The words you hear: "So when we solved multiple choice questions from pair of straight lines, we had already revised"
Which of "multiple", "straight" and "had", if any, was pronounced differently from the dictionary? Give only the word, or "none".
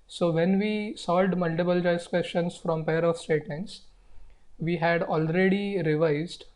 straight